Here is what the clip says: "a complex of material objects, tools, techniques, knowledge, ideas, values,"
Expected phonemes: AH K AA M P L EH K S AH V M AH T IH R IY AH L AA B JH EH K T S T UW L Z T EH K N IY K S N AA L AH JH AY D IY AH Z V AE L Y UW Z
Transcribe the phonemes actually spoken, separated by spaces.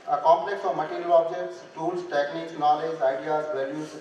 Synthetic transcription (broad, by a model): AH K AA M P L EH K S AH V M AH T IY R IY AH L AA B JH EH K T S T UW L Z T EH K N IY K S N AA L AH JH AY D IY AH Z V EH L Y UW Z